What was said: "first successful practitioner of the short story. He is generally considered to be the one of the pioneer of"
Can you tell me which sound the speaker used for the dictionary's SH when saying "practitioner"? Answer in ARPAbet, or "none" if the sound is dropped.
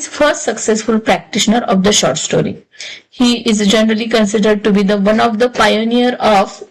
SH